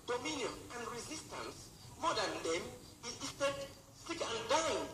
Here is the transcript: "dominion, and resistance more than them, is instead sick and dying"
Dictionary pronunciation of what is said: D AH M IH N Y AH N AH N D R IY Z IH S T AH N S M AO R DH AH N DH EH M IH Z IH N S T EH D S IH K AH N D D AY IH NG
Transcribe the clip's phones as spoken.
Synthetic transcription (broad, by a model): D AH M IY N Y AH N AH N D R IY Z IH S T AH N S M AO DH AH N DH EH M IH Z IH S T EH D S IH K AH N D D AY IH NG